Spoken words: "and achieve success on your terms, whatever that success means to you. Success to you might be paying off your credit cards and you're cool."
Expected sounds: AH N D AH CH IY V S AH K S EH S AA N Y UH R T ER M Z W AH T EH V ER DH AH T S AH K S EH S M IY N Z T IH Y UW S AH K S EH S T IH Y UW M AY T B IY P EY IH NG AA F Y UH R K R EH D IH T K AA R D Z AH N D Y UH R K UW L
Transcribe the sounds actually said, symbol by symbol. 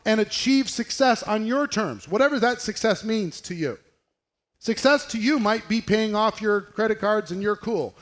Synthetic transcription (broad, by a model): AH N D AH CH IY V S AH K S EH S N Y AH R T ER M Z W AH T EH V ER DH AH T S AH K S EH S M IY N Z T IH Y UW S AH K S EH S T IH Y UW M AY T B IY P EY IH NG AA F Y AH R K R EH D IH T K AA R D Z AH N Y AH R K UW L